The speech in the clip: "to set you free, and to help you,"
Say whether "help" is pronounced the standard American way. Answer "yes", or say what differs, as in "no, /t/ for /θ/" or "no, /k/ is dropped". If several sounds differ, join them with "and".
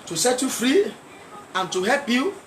yes